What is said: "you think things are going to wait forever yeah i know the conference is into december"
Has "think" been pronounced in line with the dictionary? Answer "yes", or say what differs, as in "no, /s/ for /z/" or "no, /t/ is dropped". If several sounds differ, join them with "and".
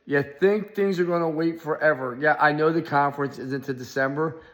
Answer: yes